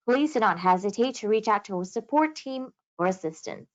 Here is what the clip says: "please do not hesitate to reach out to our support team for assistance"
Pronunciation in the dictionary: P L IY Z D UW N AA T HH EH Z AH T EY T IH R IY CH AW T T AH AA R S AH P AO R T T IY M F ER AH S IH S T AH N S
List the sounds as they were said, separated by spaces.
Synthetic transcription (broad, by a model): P L IY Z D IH N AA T HH EH Z AH T EY T IH R IY CH AW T T AH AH S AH P AO R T T IY M F ER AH S IH S T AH N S